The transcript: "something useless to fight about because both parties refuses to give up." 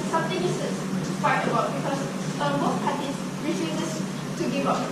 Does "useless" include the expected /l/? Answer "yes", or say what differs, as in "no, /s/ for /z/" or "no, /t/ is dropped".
no, /l/ is dropped